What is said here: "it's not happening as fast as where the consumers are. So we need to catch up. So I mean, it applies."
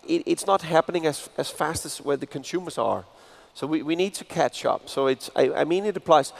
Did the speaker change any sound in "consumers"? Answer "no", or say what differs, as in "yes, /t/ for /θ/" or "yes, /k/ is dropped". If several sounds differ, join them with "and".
no